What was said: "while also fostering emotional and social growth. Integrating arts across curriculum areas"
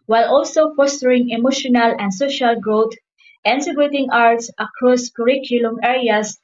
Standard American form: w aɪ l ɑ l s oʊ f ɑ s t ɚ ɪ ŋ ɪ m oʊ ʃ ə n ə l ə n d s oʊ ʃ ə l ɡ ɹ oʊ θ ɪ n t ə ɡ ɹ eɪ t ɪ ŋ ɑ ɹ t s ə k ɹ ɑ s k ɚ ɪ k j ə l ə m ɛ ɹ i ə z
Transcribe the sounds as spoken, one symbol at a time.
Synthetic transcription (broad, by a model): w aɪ l ɑ l s oʊ f ɑ s t ɚ ɪ ŋ ɪ m oʊ ʃ ə n ə l ə n d s oʊ ʃ ə l ɡ ɹ oʊ t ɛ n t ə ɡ eɪ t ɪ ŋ ɑ ɹ t s ə k ɹ ɑ s k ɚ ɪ k j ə l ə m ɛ ɹ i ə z